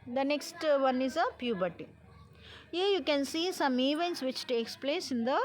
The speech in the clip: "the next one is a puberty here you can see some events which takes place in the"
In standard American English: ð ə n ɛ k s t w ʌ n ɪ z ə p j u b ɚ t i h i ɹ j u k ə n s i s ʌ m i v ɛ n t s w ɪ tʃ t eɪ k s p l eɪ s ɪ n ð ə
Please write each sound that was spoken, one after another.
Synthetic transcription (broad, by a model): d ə n ɛ k s t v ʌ n ɪ z ə p j u b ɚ t i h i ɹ j u k ə n s i s ʌ m i v ɛ n t s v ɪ tʃ t eɪ k s p l eɪ s ɪ n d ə